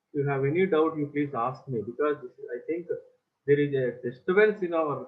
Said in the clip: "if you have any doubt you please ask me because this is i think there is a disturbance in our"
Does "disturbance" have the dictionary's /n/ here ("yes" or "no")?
no